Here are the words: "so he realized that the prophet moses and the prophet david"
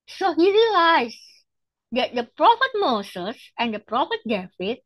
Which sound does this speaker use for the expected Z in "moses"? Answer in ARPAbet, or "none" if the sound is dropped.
S